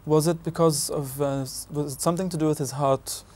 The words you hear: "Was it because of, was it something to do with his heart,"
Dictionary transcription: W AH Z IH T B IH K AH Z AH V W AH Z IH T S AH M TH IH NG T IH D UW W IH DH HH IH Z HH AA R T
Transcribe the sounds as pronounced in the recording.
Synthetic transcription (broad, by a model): W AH Z IH T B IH K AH Z AH V W AH Z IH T S AH M TH IH NG T IH D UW W IH DH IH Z HH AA R T